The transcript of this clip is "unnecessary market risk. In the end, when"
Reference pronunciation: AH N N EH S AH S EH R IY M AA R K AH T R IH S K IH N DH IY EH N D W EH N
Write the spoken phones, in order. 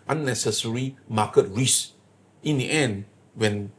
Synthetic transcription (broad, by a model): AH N N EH S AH S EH R IY M AA K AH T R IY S IH N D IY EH N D W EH N